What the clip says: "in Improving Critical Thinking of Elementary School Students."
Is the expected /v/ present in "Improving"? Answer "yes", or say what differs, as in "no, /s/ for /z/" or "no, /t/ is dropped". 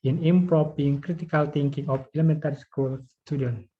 no, /p/ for /v/